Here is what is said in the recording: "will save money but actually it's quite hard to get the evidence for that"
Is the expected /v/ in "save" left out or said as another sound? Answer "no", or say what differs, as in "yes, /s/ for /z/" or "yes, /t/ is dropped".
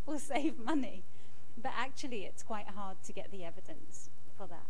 no